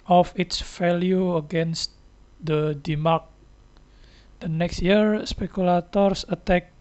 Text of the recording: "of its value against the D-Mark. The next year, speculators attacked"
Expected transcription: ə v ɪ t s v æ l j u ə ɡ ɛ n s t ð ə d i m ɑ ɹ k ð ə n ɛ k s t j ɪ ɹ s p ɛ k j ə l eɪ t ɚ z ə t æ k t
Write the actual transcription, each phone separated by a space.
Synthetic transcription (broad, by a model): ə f ɪ t s f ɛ l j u ə ɡ ɛ n s t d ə d i m ɑ ɹ k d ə n ɛ k s t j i ɹ s p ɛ k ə l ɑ t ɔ s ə t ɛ k